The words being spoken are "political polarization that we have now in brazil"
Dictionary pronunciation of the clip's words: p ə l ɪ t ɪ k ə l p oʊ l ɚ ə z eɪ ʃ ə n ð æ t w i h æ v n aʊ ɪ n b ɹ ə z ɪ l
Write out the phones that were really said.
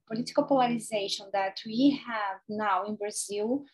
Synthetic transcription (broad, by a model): p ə l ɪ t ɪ k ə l p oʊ l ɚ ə z eɪ ʃ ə n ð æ t w i h æ v n aʊ ɪ n b ɹ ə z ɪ l